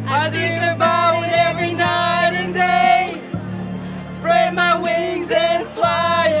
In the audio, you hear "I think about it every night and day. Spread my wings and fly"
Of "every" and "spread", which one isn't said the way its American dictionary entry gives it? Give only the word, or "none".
none